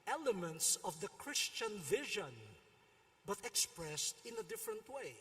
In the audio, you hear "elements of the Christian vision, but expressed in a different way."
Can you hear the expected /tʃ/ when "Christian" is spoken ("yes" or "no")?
yes